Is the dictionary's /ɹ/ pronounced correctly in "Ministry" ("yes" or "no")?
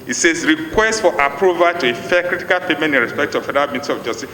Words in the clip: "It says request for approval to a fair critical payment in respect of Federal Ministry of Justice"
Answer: no